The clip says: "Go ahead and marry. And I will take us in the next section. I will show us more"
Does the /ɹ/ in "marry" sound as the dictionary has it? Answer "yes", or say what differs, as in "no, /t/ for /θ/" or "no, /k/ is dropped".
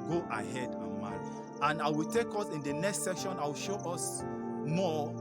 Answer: no, /ɹ/ is dropped